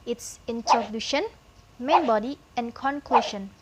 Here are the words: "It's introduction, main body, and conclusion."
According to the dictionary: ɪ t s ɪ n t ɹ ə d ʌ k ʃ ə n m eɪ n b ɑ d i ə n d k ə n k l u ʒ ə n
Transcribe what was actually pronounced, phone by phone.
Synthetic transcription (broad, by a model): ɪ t s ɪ n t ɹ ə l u ʃ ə n m eɪ n b ɑ d i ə n k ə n k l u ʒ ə n